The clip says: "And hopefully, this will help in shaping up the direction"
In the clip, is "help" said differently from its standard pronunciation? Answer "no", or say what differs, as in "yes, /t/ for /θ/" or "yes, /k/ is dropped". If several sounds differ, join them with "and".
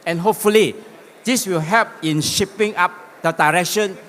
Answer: yes, /l/ is dropped